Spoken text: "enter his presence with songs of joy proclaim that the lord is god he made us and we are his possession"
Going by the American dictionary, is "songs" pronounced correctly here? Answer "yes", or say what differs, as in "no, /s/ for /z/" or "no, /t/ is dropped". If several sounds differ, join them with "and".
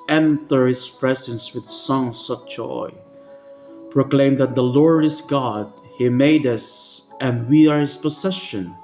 no, /s/ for /z/